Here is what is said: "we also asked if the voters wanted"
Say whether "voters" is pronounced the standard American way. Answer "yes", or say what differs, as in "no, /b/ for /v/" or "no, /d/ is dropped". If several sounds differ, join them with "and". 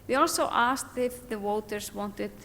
no, /w/ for /v/ and /s/ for /z/